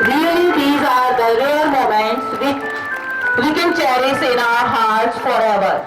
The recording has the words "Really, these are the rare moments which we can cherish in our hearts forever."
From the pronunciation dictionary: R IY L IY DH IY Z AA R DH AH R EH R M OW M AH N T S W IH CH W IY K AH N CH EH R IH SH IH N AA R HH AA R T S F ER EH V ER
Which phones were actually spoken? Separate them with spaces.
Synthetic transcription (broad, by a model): R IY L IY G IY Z AA R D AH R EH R M OW M AH N T S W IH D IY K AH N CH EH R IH S IH N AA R HH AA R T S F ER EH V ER